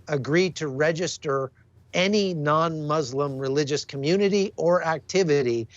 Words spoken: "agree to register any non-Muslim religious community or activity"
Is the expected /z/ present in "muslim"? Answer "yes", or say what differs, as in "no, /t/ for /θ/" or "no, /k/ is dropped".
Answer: yes